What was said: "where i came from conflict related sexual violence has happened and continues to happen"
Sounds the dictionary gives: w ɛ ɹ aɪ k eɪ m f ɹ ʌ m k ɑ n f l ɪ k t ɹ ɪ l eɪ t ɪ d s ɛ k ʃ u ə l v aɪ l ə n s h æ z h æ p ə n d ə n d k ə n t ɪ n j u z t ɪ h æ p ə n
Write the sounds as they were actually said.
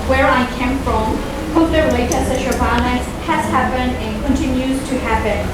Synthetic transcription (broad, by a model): w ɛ ɹ aɪ k eɪ m f ɹ ʌ m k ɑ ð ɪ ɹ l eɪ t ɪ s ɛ ʃ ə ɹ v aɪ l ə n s h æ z h æ p ə n d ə n k ə n t ɪ n j u z t ɪ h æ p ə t